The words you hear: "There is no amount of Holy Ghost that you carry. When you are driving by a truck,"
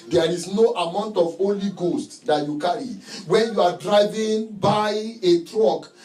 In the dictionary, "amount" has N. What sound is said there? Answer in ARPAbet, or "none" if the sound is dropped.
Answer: N